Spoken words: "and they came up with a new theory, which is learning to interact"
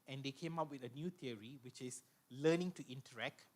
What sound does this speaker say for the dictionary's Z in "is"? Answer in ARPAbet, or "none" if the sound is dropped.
S